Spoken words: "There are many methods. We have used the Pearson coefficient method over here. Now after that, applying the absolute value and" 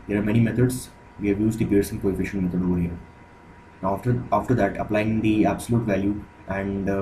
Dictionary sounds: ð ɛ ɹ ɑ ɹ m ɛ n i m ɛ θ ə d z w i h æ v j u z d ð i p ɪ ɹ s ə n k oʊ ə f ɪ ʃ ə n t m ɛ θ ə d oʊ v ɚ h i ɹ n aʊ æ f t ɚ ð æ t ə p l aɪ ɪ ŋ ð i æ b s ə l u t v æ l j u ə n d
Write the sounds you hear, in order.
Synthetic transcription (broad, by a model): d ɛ ɹ ɑ ɹ m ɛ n i m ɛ t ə d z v i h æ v j u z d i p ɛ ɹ s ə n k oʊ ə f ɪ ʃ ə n m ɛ t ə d oʊ v ɚ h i ɹ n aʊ f t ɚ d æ t ə p l aɪ ɪ ŋ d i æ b s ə l u t v æ l j u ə n d